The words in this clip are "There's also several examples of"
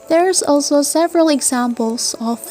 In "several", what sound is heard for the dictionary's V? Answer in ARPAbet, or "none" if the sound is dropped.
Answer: V